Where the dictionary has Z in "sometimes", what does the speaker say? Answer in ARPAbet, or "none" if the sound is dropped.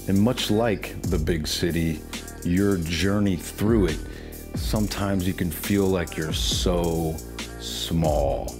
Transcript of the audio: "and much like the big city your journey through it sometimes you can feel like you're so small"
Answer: Z